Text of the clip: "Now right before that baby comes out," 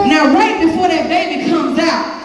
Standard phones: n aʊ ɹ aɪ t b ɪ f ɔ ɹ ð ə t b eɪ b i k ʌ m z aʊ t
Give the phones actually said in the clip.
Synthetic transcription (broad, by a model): n aʊ w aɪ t b ɪ f ɔ ɹ ð ə t b eɪ b i k ʌ m z aʊ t